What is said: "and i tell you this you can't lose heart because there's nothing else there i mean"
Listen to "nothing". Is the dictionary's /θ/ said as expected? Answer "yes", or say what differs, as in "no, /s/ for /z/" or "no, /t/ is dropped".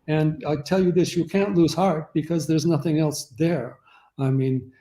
yes